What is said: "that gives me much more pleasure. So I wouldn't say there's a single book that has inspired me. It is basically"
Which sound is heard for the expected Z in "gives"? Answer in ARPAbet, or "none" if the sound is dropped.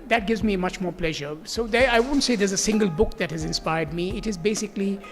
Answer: Z